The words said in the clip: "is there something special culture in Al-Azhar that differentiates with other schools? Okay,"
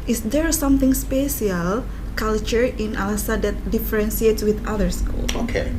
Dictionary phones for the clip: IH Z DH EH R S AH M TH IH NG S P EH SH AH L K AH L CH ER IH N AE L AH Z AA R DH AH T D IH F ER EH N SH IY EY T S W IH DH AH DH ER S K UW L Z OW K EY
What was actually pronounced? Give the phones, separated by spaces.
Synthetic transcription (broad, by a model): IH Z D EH R S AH M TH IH NG S P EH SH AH L K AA L CH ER IH N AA L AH S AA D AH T D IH F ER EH N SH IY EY T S W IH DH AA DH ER S K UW L OW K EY